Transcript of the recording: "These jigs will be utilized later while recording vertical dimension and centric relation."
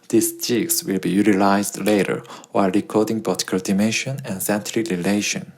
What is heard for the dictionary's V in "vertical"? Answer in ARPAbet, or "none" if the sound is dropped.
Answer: B